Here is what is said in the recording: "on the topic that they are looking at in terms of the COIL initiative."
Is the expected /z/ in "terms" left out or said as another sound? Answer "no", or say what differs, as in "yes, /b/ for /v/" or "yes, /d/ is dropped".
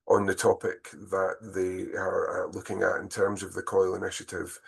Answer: no